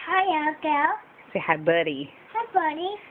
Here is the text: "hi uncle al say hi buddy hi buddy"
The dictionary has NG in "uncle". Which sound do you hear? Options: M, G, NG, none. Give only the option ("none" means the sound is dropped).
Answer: none